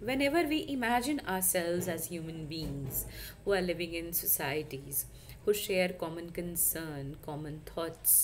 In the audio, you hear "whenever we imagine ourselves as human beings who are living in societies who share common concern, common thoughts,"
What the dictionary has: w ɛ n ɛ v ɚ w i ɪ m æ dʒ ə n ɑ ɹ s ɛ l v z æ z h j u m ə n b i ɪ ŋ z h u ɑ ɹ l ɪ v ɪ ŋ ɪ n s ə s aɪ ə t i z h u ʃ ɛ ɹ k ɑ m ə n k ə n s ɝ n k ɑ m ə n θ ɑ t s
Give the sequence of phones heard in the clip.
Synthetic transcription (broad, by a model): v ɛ n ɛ v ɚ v i ɪ m æ dʒ ə n ɑ ɹ s ɛ l v z æ z h j u m ə n b i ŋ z h u ɑ ɹ l ɪ v ɪ ŋ ɪ n s ə s aɪ ə t i z h u ʃ ɛ ɹ k ɑ m ə n k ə n s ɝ n k ɑ m ə n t ɑ t s